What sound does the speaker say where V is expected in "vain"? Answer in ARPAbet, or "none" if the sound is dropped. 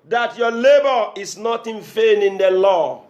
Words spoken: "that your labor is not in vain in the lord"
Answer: F